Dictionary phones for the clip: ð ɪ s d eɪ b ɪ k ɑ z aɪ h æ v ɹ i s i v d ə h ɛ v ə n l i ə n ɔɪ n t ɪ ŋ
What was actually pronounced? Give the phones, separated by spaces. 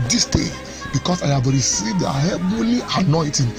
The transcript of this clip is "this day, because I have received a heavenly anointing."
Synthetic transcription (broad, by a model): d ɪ s d eɪ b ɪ k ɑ s aɪ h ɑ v ɹ i s i v d ə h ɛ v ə l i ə n ɔɪ t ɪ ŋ